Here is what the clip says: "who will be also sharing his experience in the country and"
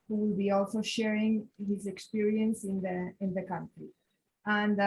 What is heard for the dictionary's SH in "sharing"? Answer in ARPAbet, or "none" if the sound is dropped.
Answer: SH